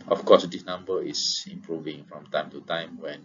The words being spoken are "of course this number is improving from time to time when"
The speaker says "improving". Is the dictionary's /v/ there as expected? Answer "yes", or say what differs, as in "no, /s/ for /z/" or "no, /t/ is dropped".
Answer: yes